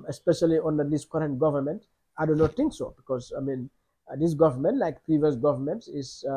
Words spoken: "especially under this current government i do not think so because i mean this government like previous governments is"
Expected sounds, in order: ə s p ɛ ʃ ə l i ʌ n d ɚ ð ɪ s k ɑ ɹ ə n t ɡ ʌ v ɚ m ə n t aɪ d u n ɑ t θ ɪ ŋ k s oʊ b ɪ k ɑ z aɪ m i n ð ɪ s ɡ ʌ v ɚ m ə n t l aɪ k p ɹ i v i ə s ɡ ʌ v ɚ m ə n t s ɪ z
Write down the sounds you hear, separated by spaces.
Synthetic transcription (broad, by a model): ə s p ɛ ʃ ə l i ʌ n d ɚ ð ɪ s k ɑ ɹ ə n t ɡ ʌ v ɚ m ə n t aɪ d u n ɑ t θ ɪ ŋ k s oʊ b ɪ k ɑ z aɪ m i n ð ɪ s ɡ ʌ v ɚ m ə n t l aɪ k p ɹ i v i ə s ɡ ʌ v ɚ m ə n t ɪ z